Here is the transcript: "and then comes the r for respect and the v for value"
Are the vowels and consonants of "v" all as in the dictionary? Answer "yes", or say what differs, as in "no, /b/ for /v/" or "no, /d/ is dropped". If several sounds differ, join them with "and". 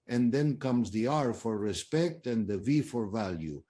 yes